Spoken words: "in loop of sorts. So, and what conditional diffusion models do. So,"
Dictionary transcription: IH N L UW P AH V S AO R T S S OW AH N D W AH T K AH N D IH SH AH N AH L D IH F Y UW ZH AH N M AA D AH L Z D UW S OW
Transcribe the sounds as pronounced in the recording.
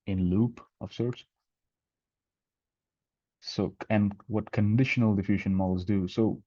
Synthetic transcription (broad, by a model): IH N L UW P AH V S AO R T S S OW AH N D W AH T K AH N D IH SH AH N AH L D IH F Y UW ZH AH N M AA L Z D UW S OW